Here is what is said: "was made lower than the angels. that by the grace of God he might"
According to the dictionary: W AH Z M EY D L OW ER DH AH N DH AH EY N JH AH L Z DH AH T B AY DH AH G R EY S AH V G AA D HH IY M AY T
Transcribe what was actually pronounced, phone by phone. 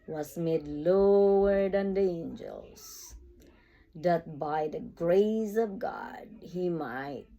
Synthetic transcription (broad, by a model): W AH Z M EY D L OW ER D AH N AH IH N JH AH L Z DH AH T B AY DH AH G R EY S AH V G AA D HH IY M AY T